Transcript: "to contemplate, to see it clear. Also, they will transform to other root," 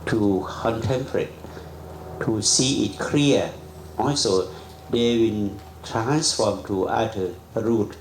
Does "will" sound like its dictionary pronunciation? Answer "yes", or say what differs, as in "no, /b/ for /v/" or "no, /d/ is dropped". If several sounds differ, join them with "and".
no, /n/ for /l/